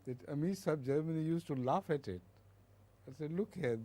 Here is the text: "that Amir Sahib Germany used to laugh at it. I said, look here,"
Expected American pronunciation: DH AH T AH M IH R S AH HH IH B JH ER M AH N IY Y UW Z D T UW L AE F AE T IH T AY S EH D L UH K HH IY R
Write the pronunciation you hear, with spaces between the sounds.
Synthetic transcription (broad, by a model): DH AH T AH M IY S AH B JH ER M AH N IY Y UW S T UW L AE F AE T IH T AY S EH D L UH K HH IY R